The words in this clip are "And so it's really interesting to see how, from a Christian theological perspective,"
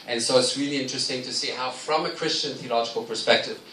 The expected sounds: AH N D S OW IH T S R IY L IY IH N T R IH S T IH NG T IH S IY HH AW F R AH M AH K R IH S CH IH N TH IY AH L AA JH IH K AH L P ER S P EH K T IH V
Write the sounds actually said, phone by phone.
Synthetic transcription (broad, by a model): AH N S OW IH T S R IY L IY IH N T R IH S T IH NG T IH S IY HH AW F R AH M AH K R IH S CH IH N TH IY AH L AA JH IH K AH L P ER S P EH K T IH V